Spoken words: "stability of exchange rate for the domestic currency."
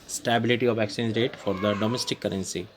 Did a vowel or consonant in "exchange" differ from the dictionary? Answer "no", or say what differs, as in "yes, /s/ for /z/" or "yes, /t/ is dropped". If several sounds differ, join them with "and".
yes, /tʃ/ is dropped